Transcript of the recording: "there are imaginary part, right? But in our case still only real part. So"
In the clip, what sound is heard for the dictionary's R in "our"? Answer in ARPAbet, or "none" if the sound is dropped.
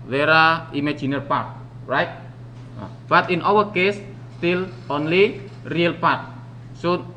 W